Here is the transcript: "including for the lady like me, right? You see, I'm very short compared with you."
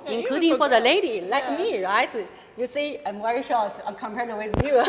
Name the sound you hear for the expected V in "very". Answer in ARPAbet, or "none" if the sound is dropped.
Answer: W